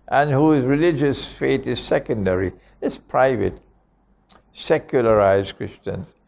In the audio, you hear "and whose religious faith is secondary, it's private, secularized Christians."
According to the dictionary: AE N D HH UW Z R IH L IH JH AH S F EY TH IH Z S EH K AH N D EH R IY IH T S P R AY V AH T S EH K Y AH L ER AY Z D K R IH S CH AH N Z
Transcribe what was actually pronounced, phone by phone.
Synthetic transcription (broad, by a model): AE N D HH UW Z R IH L IH JH AH S F EY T IH Z S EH K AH N D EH R IY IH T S P R AY V AH T S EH K Y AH L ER AY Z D K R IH S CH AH N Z